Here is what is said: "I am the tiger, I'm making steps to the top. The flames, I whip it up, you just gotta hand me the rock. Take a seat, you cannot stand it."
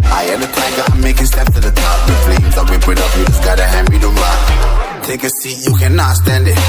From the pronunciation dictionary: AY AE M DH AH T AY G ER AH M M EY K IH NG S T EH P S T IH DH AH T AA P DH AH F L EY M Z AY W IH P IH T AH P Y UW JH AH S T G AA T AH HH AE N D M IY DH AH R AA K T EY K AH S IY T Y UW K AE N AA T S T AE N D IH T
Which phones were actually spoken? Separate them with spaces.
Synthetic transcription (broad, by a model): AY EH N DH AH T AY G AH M M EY K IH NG S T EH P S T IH DH AH T AA P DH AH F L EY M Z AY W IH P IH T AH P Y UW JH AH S G AA T AH HH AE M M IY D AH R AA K T EY K AH S IY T Y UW K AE N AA T S T AE N D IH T